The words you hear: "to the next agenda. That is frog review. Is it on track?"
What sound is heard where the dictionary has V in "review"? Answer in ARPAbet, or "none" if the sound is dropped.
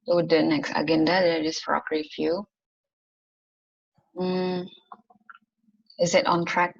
F